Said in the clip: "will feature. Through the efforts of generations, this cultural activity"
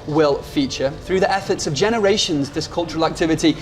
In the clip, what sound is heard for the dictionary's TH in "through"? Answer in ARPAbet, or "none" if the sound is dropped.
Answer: TH